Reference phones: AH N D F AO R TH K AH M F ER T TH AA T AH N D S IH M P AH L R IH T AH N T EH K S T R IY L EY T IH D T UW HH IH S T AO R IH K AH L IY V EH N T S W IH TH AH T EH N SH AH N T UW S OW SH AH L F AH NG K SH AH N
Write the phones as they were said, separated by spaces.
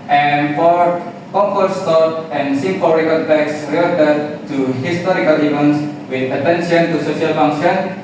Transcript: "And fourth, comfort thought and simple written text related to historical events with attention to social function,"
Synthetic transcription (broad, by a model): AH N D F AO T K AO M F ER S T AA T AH N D S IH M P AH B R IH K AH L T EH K S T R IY EY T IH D T UW HH IH S T AO R IH K AH L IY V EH N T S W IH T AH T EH N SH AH N T UW S OW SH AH L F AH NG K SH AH N